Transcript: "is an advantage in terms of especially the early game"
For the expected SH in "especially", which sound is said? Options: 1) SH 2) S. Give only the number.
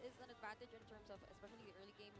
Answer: 1